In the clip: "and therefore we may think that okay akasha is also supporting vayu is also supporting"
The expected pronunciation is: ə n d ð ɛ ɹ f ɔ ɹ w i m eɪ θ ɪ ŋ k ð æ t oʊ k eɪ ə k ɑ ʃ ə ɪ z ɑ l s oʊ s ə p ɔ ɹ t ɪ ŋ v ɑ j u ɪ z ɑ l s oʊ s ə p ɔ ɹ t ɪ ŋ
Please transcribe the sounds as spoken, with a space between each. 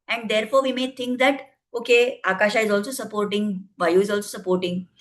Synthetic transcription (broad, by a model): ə n d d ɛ ɹ f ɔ ɹ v i m eɪ t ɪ ŋ k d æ t oʊ k eɪ ə k ɑ ʃ ə ɪ z ɑ l s oʊ s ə p ɔ ɹ t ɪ ŋ v ɑ j u ɪ z ɑ l s oʊ s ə p ɔ ɹ t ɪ ŋ